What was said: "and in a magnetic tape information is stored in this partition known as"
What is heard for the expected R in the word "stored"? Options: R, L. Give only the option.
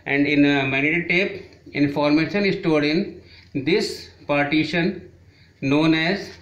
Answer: L